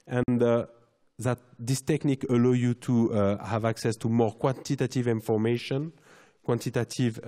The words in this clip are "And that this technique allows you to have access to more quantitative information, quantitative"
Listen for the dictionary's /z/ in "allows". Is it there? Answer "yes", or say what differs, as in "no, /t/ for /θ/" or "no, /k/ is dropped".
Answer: no, /z/ is dropped